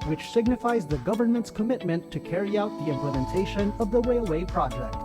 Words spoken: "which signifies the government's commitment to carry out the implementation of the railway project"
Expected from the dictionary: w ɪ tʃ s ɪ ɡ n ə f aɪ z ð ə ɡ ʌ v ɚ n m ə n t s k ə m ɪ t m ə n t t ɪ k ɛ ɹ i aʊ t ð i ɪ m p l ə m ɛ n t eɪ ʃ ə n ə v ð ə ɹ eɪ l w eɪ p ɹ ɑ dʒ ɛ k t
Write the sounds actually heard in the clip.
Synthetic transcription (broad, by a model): w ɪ tʃ s ɪ ɡ n ə f aɪ z ð ə ɡ ʌ v ɚ n m ə n t s k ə m ɪ t m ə n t t ɪ k ɛ ɹ i aʊ t ð i ɪ m p l ə m ɛ n t eɪ ʃ ə n ə v ð ə w eɪ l w eɪ p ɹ ɑ dʒ ɛ k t